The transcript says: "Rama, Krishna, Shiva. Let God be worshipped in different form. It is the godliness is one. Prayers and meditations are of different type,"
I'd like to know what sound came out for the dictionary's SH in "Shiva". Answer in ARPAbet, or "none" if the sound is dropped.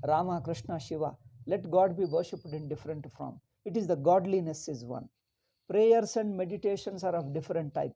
SH